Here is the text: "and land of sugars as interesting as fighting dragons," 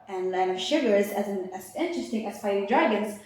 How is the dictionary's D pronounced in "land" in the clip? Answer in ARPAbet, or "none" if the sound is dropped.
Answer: none